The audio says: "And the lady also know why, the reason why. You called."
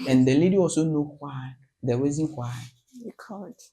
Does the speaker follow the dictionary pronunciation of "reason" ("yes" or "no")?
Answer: no